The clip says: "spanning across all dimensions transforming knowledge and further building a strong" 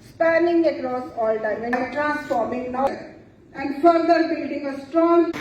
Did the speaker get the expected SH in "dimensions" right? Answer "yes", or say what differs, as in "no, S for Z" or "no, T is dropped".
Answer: no, SH is dropped